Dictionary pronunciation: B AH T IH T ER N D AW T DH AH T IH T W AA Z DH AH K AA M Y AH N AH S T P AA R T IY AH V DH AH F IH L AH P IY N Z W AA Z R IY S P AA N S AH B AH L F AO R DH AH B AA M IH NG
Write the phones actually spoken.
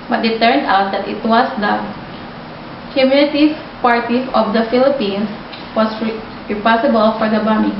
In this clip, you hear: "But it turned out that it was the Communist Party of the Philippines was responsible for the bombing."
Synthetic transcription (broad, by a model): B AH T IH T ER N D AW T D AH T IH T W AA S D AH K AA M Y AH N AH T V P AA R T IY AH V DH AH F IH L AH P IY N S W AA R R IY P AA S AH B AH L F AO R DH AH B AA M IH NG